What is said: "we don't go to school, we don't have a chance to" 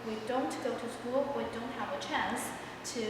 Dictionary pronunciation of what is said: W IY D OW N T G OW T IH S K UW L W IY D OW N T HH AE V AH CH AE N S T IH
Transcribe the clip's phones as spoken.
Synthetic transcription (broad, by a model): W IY D OW N T G OW T IH S K UW L W IY D OW N T HH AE V AH CH AE N S T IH